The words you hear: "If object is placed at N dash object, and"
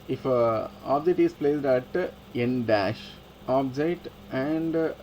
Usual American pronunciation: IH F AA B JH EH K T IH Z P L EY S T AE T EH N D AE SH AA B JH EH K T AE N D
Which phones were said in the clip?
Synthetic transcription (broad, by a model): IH F AA B JH EH K T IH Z P L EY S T AE T EH N D AE SH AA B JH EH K T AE N D